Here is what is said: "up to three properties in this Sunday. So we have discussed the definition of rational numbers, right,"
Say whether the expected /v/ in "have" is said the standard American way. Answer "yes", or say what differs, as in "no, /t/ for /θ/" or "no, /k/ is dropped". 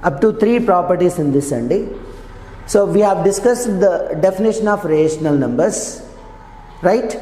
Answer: yes